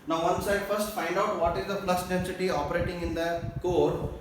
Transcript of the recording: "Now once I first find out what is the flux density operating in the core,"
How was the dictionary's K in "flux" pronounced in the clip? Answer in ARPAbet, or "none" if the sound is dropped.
none